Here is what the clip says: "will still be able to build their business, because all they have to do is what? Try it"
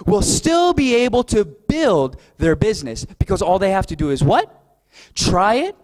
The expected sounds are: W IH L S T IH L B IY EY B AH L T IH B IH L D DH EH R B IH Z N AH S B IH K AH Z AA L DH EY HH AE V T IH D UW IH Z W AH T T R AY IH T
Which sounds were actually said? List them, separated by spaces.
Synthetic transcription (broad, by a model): W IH L S T IH L B IY EY B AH L T IH B IH L D DH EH R B IH Z N AH S B IH K AH Z AA L DH EY HH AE F T IH D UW IH Z W AH T T R AY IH T